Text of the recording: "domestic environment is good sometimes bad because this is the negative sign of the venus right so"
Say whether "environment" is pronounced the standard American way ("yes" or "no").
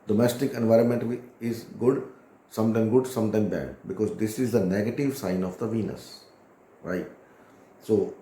yes